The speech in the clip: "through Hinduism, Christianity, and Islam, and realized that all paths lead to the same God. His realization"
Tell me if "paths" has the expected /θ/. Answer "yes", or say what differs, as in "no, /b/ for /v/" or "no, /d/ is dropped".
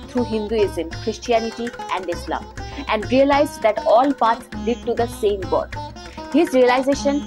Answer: no, /t/ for /θ/